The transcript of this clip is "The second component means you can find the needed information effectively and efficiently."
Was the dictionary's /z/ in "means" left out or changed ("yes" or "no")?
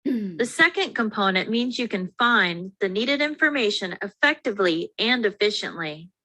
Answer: no